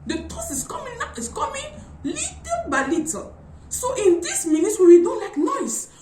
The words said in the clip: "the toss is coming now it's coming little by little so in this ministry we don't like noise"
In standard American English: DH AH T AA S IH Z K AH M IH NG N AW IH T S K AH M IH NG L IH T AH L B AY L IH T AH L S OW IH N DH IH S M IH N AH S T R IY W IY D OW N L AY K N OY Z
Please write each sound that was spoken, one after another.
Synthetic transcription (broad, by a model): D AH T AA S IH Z K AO M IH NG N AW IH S K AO M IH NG L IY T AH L B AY L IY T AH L S OW IH N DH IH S M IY N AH T W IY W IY D OW N L AY K N OY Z